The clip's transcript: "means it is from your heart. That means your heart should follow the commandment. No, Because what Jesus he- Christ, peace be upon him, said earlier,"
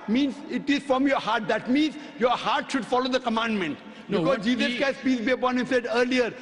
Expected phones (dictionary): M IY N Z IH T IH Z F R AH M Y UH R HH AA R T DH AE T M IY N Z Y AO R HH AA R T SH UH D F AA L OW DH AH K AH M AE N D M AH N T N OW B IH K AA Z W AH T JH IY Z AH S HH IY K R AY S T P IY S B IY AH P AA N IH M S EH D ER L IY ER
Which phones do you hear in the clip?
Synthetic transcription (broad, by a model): M IY N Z IH T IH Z F R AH M Y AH R HH AA R T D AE T M IY N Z Y AO R HH AA R T SH UH D F AA L OW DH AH K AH M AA N D M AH N T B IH K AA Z JH IY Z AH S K AY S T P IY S B IY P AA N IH S EH D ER L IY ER